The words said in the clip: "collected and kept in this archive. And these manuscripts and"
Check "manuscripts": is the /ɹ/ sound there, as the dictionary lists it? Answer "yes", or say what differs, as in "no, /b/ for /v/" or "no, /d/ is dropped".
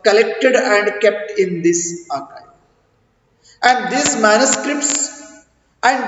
yes